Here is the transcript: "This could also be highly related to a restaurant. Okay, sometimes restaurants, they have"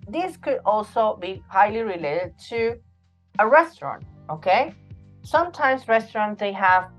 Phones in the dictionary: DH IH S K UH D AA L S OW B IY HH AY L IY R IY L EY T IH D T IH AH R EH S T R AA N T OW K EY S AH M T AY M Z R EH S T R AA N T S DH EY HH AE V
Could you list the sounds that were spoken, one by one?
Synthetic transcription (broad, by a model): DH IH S K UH D AA L S OW B IY HH AY L IY R IY L EY T IH D T IH AH R EH S T R AA N T OW K EY S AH M T AY M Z R EH S T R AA N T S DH EY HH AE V